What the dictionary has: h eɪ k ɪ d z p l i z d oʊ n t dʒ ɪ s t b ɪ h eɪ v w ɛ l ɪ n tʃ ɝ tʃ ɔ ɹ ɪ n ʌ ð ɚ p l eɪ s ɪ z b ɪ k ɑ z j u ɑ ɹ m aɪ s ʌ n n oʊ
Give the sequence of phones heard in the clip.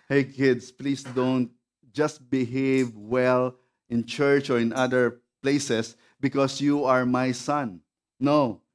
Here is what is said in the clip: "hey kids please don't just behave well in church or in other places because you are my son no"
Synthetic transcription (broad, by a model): h eɪ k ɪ d s p l i s d oʊ n t dʒ ɪ s t b ɪ h eɪ v w ɛ l ɪ n tʃ ɝ tʃ ɔ ɹ ɪ n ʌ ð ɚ p l eɪ s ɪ s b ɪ k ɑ s j u ɑ ɹ m aɪ s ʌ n n oʊ